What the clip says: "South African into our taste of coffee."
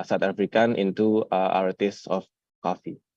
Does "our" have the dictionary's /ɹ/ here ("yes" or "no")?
yes